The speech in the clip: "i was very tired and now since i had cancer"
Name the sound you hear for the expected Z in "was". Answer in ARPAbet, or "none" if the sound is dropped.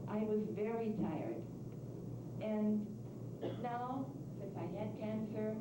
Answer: Z